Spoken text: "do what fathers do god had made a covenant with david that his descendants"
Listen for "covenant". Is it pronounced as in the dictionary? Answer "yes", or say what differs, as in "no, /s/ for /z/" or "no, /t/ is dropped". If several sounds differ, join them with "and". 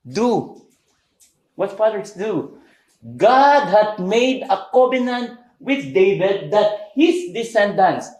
no, /b/ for /v/